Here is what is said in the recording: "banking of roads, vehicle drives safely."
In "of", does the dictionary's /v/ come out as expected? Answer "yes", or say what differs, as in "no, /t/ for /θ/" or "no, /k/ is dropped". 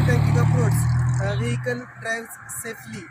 no, /p/ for /v/